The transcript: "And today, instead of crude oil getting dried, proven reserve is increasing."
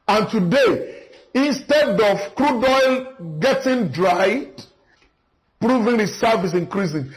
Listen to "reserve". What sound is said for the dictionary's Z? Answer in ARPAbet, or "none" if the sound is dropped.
S